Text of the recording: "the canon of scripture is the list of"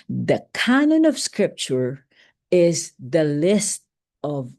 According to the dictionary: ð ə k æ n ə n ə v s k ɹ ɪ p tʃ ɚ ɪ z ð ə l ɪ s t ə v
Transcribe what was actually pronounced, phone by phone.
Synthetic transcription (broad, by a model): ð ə k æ n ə n ə v s k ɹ ɪ p tʃ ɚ ɪ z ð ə l ɪ s t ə v